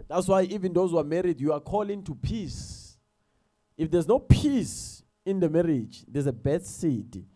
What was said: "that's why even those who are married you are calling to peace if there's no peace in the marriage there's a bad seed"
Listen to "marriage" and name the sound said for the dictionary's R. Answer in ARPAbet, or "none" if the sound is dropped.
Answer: R